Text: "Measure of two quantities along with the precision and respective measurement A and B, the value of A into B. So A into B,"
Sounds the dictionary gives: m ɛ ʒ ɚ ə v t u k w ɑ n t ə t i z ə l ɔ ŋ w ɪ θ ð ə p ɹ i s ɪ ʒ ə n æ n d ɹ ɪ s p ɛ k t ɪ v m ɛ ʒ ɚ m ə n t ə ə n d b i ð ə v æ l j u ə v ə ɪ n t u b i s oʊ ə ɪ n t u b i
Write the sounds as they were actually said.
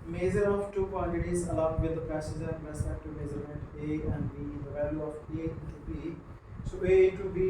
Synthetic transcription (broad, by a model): m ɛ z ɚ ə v t u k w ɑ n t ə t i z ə l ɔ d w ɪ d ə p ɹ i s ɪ z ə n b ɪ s ɛ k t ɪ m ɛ z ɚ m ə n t ə ə n d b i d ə v æ l j u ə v ə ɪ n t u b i s oʊ ə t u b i